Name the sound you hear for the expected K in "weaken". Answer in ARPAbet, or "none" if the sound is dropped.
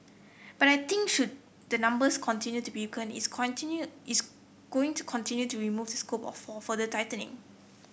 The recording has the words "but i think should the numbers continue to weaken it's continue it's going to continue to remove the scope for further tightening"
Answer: none